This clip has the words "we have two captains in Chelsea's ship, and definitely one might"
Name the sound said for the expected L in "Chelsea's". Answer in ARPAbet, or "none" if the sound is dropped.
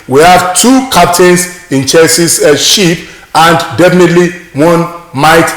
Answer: none